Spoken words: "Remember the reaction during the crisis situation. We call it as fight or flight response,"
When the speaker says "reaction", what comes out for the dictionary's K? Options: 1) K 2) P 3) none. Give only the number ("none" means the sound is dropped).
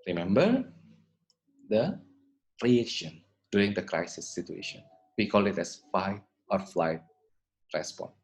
3